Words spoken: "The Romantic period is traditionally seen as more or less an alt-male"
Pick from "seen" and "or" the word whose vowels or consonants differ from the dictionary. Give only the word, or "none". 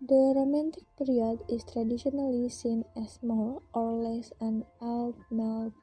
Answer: or